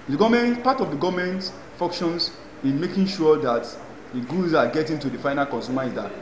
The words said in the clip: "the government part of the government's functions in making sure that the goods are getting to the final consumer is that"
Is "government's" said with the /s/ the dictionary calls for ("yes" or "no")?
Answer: no